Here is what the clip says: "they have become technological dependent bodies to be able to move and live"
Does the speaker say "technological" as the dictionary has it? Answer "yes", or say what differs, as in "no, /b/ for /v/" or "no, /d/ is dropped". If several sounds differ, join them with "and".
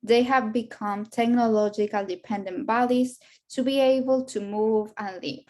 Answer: yes